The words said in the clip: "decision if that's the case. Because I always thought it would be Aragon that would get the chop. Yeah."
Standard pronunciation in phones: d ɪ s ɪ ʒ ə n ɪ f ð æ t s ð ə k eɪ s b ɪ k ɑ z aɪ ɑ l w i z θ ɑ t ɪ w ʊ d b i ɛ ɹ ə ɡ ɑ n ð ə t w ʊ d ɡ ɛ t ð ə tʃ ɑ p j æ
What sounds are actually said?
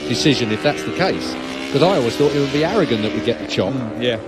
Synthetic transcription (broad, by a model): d ɪ s ɪ ʒ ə n ɪ f ð æ t s ð ə k eɪ s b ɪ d ɑ ɪ ɑ l w i z θ ɑ t ɪ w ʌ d b i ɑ ɹ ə ɡ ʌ n ð ə t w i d ɡ ɛ t ð ə tʃ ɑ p j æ